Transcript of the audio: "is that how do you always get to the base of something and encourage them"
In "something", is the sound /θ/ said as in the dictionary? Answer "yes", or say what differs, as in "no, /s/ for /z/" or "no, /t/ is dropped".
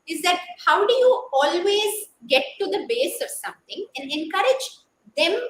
no, /t/ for /θ/